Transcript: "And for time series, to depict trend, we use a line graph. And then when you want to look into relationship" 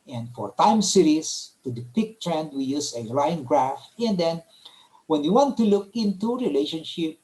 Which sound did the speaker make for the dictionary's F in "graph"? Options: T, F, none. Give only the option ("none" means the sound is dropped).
F